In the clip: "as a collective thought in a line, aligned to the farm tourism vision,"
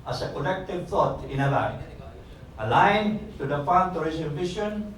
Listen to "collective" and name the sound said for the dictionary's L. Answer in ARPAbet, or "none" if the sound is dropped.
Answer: N